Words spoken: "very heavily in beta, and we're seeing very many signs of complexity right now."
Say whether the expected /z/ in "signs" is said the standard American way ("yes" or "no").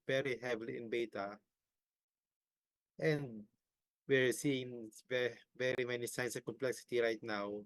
no